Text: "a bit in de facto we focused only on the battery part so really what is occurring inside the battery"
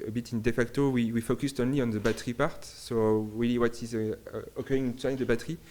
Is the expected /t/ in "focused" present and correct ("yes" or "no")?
yes